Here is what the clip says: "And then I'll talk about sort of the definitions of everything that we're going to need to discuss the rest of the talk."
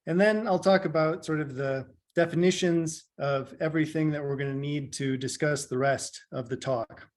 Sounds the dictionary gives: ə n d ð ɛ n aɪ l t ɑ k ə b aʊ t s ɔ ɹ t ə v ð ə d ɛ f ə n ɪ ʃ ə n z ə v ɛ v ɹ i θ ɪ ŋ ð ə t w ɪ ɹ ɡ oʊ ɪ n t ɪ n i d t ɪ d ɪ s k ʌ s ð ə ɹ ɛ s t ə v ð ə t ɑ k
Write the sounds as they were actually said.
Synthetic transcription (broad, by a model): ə n ð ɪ n aɪ l t ɑ k ə b aʊ t s ɔ ɹ t ə v ð ə d ɛ f ə n ɪ ʃ ə n z ə v ɛ v ɹ i θ ɪ ŋ ð ə t w ɪ ɹ ɡ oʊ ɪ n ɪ n i d t ɪ d ɪ s k ʌ s ð ə ɹ ɛ s t ə v ð ə t ɑ k